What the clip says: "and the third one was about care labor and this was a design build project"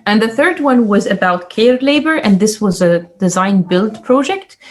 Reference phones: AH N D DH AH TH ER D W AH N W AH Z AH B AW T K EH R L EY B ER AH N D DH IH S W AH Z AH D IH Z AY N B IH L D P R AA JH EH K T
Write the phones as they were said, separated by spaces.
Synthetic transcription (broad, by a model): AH N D DH AH TH ER D W AH N W AH Z AH B AW T K EH R L EY B ER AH N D DH IH S W AH Z AH D IH Z AY N B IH L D P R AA JH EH K T